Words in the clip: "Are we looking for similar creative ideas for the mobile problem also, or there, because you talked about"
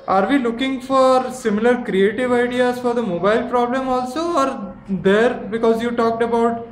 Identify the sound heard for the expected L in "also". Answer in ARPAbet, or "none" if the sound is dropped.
L